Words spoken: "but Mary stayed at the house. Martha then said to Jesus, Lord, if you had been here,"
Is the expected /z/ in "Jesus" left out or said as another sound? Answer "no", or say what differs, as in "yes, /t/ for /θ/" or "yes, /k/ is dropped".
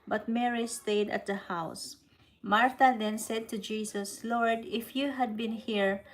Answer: yes, /s/ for /z/